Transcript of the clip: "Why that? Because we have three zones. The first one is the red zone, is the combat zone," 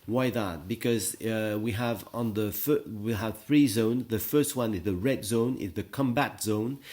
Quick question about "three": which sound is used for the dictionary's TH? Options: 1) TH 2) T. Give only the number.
1